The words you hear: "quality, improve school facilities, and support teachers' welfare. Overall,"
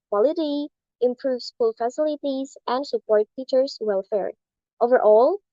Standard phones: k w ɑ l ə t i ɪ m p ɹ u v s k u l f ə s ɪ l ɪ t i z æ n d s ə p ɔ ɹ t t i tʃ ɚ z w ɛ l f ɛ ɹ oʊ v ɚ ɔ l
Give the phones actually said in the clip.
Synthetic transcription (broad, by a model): k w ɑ l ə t i ɪ m p ɹ u v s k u l f ə s ɪ l ɪ t i z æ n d s ə p ɔ ɹ t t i tʃ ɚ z w ɛ l f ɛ ɹ oʊ v ɚ ɔ l